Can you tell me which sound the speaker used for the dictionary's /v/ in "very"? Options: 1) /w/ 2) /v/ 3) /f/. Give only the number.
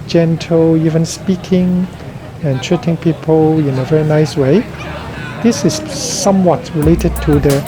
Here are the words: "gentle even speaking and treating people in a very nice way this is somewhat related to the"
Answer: 2